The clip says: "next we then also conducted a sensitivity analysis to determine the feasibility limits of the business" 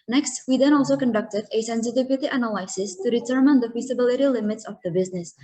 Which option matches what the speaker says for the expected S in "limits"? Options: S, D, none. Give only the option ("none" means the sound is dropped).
S